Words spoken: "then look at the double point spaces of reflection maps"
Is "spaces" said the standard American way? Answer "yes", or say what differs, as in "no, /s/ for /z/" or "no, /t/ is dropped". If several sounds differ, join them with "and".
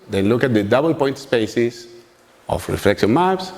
no, /s/ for /z/